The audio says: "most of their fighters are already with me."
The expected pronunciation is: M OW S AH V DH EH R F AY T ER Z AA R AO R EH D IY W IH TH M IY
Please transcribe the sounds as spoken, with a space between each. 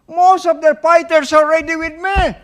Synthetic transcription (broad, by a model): M OW S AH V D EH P AY T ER S AA R R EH D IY W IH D M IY